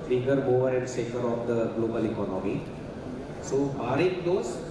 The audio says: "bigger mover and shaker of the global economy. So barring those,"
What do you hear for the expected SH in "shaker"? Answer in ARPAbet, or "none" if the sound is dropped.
S